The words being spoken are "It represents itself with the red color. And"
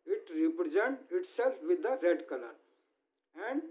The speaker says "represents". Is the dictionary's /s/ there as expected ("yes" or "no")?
no